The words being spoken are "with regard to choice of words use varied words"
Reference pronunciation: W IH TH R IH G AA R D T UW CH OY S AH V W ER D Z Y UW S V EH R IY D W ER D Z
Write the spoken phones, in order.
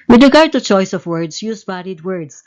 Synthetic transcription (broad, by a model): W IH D R IH G AA R D T UW CH OY S AH V W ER D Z Y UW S B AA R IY D W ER D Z